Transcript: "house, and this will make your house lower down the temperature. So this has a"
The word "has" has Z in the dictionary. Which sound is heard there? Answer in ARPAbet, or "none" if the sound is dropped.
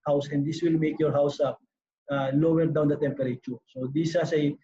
S